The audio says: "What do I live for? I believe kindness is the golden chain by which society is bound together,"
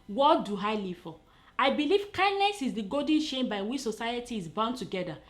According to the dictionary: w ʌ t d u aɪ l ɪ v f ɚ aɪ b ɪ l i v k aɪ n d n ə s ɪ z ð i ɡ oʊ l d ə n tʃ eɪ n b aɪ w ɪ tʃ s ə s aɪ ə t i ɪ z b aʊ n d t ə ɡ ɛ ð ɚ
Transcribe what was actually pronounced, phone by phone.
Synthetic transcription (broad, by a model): w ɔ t d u aɪ l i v f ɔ aɪ b ɪ l i v k aɪ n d n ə s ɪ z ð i ɡ oʊ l d n ʃ eɪ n b aɪ w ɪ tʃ s ə s aɪ ə t i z b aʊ n t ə ɡ ɛ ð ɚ